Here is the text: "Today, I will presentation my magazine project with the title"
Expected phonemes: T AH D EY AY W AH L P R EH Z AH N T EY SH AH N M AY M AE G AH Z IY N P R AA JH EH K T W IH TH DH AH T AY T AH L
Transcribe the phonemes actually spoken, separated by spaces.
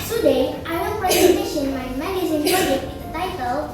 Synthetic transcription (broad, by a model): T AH D EY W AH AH P R EH Z AH N T EY SH AH N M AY M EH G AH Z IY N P AA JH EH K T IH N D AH T AY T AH L